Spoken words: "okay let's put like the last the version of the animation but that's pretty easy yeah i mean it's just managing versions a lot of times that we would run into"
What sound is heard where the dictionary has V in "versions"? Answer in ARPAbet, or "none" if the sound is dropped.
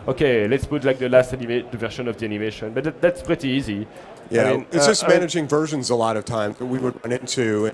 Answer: V